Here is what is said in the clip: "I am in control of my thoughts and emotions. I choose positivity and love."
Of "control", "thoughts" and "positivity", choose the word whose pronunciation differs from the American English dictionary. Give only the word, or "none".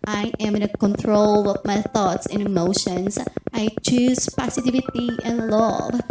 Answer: positivity